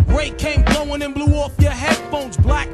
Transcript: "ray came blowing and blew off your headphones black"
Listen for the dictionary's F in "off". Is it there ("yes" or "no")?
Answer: yes